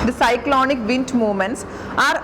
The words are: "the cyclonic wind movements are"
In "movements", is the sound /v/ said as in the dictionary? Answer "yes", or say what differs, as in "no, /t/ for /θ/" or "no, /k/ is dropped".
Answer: no, /v/ is dropped